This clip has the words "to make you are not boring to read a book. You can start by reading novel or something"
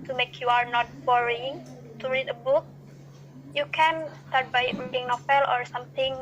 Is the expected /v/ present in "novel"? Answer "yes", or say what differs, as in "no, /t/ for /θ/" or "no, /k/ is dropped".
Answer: no, /f/ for /v/